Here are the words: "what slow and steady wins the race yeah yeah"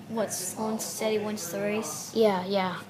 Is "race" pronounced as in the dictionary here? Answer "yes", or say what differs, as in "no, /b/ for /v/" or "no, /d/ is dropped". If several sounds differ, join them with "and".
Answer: yes